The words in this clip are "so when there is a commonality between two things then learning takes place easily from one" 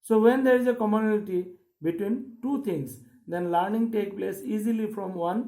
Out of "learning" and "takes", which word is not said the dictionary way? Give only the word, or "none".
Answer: takes